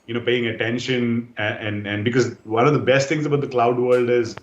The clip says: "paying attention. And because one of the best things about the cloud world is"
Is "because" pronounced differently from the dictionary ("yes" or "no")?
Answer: no